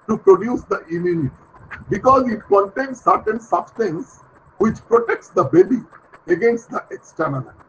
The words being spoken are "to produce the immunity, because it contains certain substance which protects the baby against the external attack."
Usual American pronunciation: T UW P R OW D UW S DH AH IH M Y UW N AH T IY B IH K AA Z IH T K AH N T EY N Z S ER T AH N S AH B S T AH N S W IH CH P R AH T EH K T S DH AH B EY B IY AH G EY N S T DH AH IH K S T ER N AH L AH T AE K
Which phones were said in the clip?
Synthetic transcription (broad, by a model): T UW P R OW D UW S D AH IH M Y UW N AH T IY B IH K AA Z IH T K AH N T EY N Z S ER T AH N S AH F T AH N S W IH CH P R AH T EH K T S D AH B EY B IY AH G EY N S T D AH IH K S T ER N AH L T